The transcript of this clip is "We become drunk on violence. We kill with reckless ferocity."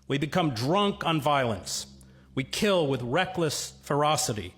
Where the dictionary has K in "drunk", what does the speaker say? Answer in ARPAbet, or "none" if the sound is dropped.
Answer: K